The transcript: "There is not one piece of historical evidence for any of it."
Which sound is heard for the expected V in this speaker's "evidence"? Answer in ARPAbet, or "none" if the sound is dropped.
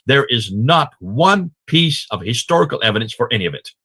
V